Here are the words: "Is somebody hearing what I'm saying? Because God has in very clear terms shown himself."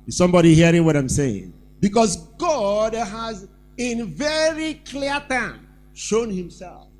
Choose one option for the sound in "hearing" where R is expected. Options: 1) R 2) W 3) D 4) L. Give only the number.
1